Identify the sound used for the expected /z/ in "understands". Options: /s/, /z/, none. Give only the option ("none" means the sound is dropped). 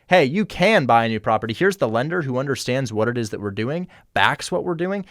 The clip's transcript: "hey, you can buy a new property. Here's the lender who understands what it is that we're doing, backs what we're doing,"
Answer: /z/